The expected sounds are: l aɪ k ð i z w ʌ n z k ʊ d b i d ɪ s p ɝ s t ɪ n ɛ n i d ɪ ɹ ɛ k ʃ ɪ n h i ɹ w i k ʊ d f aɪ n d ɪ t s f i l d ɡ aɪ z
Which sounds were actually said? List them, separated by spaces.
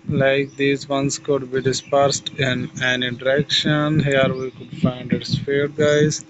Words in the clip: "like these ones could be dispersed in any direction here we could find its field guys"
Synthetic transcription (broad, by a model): l aɪ k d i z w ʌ n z k ʊ d b i d ɪ s p ɝ s t ɪ n ɛ n i d ɪ ɹ ɛ k ʃ ɪ n h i ɹ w i k ʊ d f aɪ n d ɪ t s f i d ɡ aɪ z